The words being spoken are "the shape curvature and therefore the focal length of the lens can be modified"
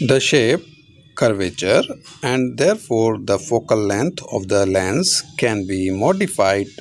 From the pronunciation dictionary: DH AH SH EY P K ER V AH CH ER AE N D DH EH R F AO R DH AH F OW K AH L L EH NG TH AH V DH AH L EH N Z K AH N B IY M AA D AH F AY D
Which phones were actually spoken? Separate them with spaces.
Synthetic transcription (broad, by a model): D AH SH EY P K ER V AH CH ER AE N D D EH R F AO R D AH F OW K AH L L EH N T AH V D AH L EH N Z K AH N B IY M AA D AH F AY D